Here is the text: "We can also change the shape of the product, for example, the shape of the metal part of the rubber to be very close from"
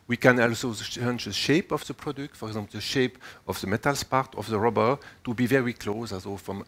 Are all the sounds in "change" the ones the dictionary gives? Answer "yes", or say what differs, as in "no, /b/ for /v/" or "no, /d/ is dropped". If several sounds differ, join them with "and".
no, /tʃ/ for /dʒ/